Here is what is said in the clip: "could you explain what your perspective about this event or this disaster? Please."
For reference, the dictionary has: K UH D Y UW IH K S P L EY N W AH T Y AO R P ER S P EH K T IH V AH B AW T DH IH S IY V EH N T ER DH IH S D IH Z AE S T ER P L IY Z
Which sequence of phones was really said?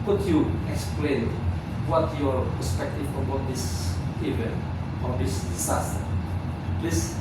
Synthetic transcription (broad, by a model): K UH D Y UW IH K S P L EY N W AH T Y AO R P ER S P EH K T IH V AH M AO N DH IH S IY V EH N ER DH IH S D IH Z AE S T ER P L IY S